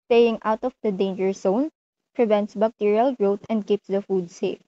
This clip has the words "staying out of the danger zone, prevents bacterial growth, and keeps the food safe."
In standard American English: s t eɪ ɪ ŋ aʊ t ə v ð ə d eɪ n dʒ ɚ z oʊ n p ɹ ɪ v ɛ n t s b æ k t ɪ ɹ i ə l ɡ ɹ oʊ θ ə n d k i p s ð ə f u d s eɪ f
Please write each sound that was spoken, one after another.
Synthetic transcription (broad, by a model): s t eɪ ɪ ŋ aʊ t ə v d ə d eɪ n dʒ ɚ s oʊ n p ɹ ɪ v ɛ n t s b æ k t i ɹ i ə l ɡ ɹ oʊ t ə n d k i p s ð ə f u d s eɪ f